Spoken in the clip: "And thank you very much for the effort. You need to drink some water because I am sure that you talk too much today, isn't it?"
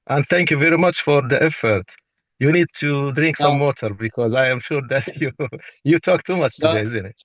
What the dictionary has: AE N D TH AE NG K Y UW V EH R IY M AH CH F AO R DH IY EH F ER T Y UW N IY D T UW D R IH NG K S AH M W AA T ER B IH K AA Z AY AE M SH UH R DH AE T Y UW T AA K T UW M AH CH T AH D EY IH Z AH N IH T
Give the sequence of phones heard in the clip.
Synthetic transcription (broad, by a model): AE N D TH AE NG K Y UW V EH R IY M AH CH F AO R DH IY EH F ER T Y UW N IY D T UW D R IH NG K S AH M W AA T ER B IH K AA Z AY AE M SH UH R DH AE T Y UW T AA K T UW M AH CH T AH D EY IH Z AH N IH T